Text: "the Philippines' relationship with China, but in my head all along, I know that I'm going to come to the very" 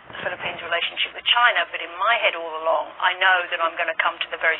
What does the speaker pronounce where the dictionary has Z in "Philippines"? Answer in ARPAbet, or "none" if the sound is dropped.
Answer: Z